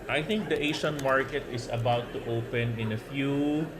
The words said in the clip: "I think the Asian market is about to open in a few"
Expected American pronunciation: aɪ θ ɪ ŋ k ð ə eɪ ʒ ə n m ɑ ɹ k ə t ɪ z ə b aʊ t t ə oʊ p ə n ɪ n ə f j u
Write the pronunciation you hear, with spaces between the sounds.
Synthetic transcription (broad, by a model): aɪ θ ɪ ŋ k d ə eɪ ʃ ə n m ɑ ɹ k ə t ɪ s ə b aʊ t t ə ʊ p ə n ɪ n ə f j u